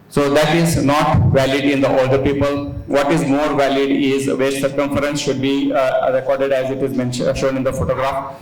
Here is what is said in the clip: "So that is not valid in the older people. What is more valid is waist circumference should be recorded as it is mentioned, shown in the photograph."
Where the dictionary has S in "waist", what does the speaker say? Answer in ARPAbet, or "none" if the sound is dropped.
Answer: none